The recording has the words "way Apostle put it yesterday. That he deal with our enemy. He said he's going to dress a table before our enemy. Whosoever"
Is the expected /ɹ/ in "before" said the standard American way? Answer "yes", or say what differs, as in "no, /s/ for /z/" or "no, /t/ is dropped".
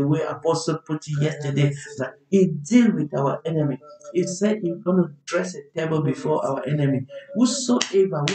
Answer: no, /w/ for /ɹ/